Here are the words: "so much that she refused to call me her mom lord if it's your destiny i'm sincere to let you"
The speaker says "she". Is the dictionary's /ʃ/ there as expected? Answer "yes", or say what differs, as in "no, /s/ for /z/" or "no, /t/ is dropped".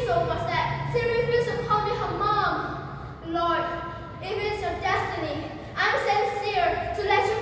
no, /s/ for /ʃ/